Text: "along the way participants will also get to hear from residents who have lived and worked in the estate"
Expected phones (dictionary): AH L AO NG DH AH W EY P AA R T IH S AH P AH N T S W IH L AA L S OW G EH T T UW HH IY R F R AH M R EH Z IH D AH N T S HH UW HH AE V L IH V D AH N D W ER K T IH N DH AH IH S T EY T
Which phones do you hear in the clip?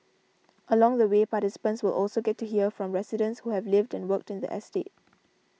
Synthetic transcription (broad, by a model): AH L AO NG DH AH W EY P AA T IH S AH P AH N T S W IH L AA L S OW G EH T T UW HH IY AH F R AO M R EH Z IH D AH N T S HH UW HH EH V L IH V D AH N W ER K T IH N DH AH IH S T EY T